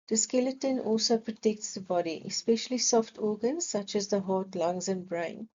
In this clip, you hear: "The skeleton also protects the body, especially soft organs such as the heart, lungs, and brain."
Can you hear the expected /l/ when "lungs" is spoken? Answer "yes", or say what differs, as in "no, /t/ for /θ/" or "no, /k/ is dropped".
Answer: yes